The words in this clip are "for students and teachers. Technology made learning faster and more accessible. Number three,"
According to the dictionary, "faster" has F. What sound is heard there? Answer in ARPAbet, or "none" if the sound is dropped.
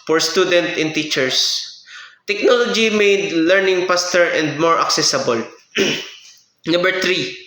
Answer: P